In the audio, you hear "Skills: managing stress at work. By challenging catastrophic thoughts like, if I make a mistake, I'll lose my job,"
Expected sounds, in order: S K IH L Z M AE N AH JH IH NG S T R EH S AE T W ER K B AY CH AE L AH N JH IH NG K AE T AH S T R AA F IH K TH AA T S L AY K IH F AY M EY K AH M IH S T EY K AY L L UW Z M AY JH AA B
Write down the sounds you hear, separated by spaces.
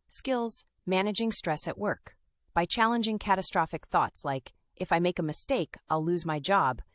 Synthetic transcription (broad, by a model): S K IH L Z M AE N AH JH IH NG S T R EH S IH T W ER K B AY CH AE L AH N JH IH NG K AE T AH S T R AA F IH K TH AA T S L AY K IH F AY M EY K AH M IH S T EY K AY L L UW Z M AY JH AA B